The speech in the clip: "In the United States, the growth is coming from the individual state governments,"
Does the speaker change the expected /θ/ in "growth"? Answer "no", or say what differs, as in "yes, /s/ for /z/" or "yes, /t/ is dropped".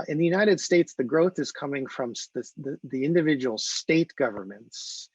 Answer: no